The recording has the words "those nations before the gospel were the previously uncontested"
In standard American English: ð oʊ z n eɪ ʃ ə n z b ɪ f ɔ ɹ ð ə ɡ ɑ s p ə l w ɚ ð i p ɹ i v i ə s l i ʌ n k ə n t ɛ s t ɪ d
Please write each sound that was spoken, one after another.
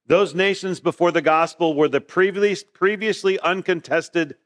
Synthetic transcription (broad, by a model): ð oʊ z n eɪ ʃ ə n z b ɪ f ɔ ɹ ð ə ɡ ɑ s p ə l w ɚ ð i p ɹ i v i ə s l i ʌ n k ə n t ɛ s t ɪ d